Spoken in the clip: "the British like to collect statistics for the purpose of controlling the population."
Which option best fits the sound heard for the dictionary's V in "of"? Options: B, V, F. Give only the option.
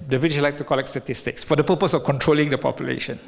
F